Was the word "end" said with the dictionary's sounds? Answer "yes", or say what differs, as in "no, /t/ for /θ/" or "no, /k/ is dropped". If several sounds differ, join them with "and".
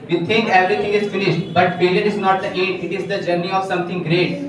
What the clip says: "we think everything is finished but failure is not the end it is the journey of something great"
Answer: no, /n/ is dropped